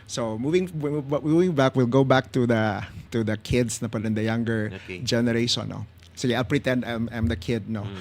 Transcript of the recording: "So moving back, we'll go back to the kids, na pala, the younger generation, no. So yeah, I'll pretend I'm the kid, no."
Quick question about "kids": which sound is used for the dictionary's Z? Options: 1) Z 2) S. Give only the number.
2